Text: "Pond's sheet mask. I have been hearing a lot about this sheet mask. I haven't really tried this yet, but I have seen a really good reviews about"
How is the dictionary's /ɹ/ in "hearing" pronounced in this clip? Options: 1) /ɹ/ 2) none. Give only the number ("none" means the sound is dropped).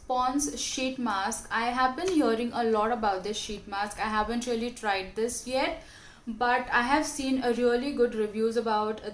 1